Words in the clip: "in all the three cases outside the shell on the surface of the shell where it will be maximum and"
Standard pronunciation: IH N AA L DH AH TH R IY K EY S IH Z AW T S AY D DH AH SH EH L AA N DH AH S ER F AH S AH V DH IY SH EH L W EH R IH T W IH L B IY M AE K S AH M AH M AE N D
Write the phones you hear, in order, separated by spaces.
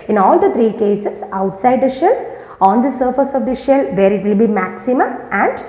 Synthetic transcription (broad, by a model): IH N AA L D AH T R IY K EY S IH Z AW T S AY D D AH SH EH L AA N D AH S ER F AH S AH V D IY SH EH L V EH R IH T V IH L B IY M AE K S AH M AH M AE N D